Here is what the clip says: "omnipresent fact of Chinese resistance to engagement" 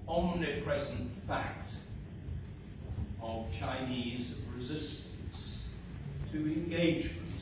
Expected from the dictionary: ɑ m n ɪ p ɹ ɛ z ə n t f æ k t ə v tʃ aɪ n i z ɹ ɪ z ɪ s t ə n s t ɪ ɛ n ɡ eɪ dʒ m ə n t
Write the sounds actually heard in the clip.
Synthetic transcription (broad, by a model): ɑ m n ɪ p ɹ ɛ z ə n t f æ k t ə v tʃ aɪ n i z ɹ ɪ z ɪ s t ə n s t ɪ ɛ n ɡ eɪ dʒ m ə n t